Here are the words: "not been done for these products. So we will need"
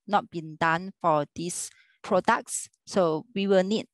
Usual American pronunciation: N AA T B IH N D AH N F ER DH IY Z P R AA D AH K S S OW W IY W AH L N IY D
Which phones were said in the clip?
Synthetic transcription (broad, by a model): N AA T B IH N D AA N F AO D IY S P R AA D AH K S S OW W IY W AH L N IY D